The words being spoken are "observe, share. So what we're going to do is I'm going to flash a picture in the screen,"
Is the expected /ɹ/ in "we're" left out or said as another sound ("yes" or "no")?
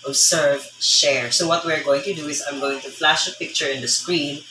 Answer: no